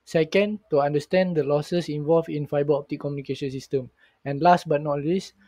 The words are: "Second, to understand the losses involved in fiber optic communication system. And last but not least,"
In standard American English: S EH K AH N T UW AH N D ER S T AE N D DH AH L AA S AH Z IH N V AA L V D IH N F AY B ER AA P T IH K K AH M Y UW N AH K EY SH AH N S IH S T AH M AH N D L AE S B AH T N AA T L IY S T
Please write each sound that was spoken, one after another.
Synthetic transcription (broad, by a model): S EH K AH N T UW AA N D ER S T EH N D AH L AA S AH S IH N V AA L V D IH N F AY B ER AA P T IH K K AH M Y UW N AH K EY SH AH N S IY S T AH M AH N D L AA S B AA T N AA T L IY S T